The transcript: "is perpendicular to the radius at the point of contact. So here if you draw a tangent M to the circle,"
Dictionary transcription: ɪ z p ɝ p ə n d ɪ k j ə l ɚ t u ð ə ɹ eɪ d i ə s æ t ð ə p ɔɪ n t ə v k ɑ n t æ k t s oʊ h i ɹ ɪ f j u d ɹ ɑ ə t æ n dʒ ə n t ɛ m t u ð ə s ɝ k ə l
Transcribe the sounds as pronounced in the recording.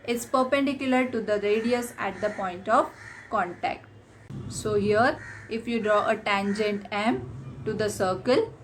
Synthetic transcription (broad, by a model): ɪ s p ɝ p ə n d ɪ k j ə l ɚ t u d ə ɹ eɪ d i ə s æ t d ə p ɔɪ n t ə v k ɑ n t æ k t s oʊ h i ɹ ɪ f j u d ɹ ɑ ə t æ n dʒ ə n t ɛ m t u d ə s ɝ k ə l